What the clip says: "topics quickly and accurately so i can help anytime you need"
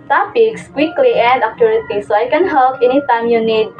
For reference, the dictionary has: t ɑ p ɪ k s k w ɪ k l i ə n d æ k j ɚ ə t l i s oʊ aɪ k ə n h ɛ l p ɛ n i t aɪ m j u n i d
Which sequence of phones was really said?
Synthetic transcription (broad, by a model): t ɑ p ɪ k s k w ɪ k l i ə n d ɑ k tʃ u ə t i s oʊ aɪ k ə n h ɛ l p ɛ n i t aɪ m j u n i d